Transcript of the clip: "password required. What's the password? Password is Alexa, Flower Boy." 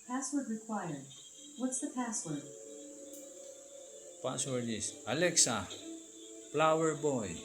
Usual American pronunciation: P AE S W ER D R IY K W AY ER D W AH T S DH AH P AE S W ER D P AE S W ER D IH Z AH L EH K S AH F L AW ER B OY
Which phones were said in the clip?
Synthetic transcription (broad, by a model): P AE S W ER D R IY K W AY ER D W AH T S DH AH P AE S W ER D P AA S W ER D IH S AH L EH K S AH P L AW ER B OY